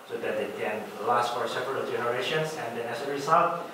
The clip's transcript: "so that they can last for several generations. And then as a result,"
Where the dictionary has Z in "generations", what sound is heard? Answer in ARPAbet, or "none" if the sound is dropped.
S